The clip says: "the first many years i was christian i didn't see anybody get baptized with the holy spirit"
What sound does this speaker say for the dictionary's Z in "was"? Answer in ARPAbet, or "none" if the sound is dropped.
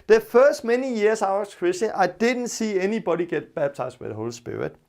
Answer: S